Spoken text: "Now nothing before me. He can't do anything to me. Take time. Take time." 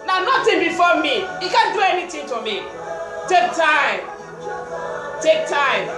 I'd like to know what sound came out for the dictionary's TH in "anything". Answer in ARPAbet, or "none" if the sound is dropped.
T